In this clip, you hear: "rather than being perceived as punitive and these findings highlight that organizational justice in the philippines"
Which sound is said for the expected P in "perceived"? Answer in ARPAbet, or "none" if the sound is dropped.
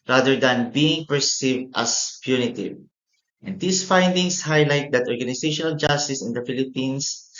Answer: P